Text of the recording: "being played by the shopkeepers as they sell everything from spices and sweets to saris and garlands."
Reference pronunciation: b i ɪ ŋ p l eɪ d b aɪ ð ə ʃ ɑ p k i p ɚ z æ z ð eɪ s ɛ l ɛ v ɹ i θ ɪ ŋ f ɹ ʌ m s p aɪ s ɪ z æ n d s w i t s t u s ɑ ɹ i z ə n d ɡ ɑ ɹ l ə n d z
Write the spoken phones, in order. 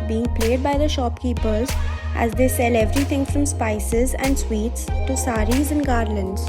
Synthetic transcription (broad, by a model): b i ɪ ŋ p l eɪ d b aɪ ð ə ʃ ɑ p k i p ɚ z æ z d eɪ s ɛ l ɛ v ɹ i t ɪ ŋ f ɹ ʌ m s p aɪ s ɪ z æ n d s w i t s t u s ɑ ɹ i z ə n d ɡ ɑ ɹ l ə n d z